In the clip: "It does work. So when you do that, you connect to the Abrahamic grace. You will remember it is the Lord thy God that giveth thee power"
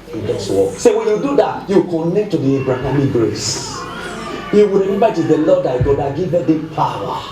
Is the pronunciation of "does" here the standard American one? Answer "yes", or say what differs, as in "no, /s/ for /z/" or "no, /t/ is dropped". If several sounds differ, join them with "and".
no, /s/ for /z/